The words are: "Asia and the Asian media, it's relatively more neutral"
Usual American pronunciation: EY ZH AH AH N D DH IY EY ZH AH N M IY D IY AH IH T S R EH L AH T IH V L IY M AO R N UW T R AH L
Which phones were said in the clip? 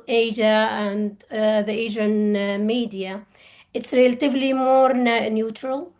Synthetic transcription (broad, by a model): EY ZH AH AH N D DH IY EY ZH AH N M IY D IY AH IH T S R EH L AH T IH V L IY M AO R N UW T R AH L